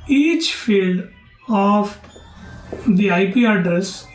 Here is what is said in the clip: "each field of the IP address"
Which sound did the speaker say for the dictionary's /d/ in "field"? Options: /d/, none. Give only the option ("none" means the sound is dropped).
/d/